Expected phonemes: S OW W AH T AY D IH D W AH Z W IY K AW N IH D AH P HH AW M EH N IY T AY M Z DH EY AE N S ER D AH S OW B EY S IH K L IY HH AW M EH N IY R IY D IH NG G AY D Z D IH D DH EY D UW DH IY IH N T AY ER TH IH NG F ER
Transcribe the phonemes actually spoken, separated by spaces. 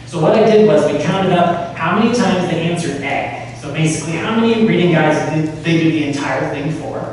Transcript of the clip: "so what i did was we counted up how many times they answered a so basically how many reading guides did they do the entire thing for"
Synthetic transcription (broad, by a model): S OW W AH T AY D IH D W AH Z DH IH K AW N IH D AH P HH AW M EH N IY T AY M Z DH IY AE N S ER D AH S OW B EY S IH K L IY HH AW M EH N IY R IY D IH NG G AY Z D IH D DH EY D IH DH IY IH N T AY ER TH IH NG F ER